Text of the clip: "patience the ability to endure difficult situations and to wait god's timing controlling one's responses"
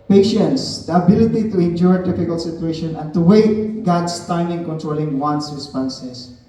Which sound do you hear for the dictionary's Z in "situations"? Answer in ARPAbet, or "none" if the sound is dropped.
none